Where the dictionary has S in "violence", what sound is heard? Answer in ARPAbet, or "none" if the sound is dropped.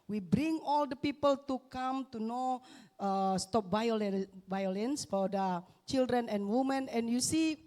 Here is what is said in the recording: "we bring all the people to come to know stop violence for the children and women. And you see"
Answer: S